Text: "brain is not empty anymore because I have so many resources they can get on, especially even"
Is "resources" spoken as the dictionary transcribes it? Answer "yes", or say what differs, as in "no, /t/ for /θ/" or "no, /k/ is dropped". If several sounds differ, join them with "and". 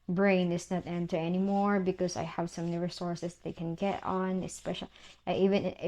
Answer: no, /s/ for /z/